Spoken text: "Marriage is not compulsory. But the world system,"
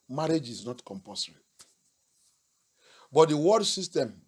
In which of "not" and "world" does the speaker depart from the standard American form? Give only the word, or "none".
world